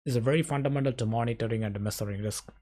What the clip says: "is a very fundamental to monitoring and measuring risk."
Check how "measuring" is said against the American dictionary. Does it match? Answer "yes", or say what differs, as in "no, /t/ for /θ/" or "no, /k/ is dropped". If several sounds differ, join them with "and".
no, /s/ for /ʒ/